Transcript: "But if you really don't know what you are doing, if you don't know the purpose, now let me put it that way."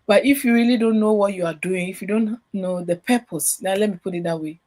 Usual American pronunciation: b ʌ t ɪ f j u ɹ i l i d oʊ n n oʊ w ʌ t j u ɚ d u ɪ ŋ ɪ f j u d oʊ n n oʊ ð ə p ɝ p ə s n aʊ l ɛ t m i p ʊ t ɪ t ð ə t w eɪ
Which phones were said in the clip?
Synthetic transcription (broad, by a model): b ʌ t ɪ f j u ɹ i l i d oʊ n n oʊ w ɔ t j u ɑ d u ɪ ŋ ɪ f j u d oʊ n n oʊ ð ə p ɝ p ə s l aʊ l ɛ t m i p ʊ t ɪ t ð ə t w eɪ